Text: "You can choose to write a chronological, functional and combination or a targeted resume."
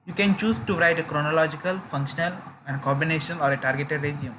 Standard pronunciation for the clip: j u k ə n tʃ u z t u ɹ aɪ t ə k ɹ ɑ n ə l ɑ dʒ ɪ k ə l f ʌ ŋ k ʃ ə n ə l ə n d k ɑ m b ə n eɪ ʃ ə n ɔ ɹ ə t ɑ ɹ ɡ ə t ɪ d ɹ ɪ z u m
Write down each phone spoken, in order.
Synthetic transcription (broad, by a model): j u k ə n tʃ u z t u ɹ aɪ t ə k ɹ ɑ n ə l ɑ dʒ ɪ k ə l f ʌ ŋ k ʃ ə n ə l ə n d k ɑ b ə n eɪ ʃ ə n ɔ ɹ ə t ɑ ɹ ɡ ə t ɪ d ɹ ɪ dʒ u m